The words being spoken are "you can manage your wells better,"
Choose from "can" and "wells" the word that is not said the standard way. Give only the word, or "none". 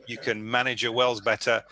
none